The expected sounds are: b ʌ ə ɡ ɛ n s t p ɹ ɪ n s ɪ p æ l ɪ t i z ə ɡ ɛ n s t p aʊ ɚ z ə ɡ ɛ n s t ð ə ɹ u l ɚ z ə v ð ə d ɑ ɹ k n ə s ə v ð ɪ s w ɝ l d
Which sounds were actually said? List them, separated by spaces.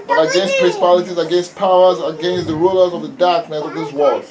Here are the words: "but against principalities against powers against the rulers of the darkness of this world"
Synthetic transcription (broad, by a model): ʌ ə ɡ ɛ n s t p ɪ s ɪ p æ l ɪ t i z ə ɡ ɛ n s t p aʊ ɚ z ə ɡ ɛ n s t ð ə ɹ u l ɚ z ə v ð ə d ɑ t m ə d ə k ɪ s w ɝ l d